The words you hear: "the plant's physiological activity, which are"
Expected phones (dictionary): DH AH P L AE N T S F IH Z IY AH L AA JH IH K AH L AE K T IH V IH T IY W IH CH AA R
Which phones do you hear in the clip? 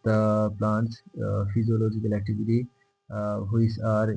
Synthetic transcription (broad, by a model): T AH P L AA N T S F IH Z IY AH L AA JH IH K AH L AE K T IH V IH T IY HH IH S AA R